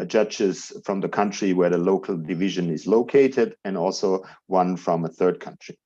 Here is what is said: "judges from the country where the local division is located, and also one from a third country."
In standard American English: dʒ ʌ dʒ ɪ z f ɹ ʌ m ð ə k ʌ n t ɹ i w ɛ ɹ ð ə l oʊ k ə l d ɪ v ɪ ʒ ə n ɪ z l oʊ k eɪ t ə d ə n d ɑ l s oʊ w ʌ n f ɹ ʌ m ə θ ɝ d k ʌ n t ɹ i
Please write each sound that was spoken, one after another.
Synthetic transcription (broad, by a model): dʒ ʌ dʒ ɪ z f ɹ ʌ m ð ə k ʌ n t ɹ i w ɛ ɹ ð ə l oʊ k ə l d ɪ v ɪ ʒ ə n ɪ z l oʊ k eɪ t ə d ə n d ɑ l s oʊ w ʌ n f ɹ ʌ m ə θ ɝ d k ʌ n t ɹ i